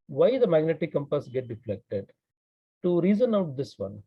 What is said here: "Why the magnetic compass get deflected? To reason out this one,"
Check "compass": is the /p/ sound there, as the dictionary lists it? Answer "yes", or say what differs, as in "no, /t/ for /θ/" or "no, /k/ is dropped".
yes